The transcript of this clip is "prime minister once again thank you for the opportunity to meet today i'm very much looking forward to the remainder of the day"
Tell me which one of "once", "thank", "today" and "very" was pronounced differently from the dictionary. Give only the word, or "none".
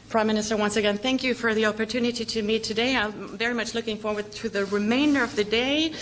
none